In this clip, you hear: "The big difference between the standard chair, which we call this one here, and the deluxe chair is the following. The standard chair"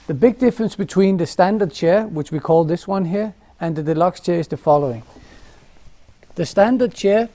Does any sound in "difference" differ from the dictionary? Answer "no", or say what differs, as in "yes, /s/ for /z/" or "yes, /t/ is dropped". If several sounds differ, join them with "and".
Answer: no